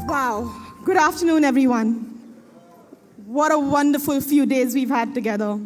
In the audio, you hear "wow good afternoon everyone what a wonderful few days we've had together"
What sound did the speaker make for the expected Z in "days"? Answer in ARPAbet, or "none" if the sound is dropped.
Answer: Z